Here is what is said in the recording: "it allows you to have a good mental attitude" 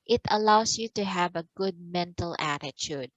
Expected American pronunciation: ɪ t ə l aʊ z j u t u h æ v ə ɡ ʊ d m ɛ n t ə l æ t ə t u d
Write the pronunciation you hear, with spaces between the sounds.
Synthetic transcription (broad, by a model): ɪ t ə l aʊ s j u t u h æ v ə ɡ ʊ d m ɛ n t ə l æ t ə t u d